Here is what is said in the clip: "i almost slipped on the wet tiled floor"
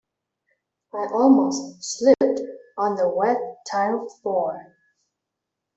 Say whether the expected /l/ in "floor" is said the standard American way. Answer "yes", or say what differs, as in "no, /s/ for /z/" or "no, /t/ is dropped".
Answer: no, /l/ is dropped